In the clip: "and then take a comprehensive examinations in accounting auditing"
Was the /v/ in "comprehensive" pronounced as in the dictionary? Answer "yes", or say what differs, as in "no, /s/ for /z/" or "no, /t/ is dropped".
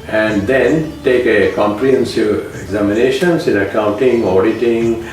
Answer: no, /v/ is dropped